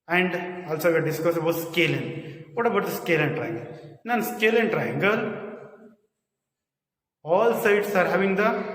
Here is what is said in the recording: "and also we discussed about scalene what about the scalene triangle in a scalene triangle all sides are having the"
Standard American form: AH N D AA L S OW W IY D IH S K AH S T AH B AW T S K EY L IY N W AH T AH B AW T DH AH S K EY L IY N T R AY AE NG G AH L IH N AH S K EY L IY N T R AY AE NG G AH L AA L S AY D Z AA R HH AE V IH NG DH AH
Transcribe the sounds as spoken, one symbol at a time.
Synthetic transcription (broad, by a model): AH N D AA L S OW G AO D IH S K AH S AH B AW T S K EY L IY N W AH T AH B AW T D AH S K EY L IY N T R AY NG G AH L IH N S K EY L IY N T R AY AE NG G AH L AA L S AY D S AA R HH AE V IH NG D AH